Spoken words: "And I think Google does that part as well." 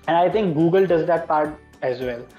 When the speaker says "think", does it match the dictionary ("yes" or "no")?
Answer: no